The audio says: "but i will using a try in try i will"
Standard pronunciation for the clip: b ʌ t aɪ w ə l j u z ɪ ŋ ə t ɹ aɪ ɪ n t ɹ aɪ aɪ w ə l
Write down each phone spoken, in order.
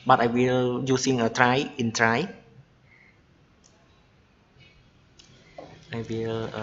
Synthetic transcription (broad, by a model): b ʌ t aɪ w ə l j u s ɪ ŋ ə t ɹ aɪ ɪ n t ɹ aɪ aɪ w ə l